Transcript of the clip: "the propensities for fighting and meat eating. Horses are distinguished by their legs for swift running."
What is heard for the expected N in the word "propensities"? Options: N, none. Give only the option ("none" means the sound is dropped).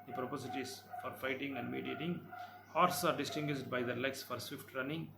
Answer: none